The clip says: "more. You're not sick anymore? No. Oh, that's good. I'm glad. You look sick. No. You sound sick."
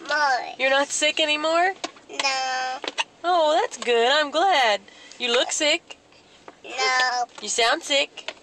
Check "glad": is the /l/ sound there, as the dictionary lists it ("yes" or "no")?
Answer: yes